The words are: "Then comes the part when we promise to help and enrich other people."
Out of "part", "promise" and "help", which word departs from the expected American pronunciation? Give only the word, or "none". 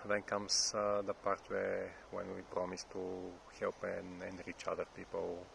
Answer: none